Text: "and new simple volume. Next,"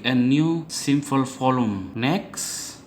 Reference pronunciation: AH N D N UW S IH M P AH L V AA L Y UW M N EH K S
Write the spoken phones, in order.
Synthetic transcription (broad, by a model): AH N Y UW S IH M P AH L F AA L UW M N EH K S